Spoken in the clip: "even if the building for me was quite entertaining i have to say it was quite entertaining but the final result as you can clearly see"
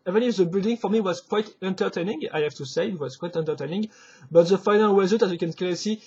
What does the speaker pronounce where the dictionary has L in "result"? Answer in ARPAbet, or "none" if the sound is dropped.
none